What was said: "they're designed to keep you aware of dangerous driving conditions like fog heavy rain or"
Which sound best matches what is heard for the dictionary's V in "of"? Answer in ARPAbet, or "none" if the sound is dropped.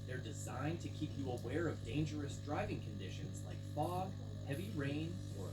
V